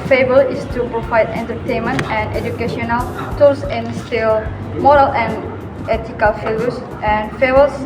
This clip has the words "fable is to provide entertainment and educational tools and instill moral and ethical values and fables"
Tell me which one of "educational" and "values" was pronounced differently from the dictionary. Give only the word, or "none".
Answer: values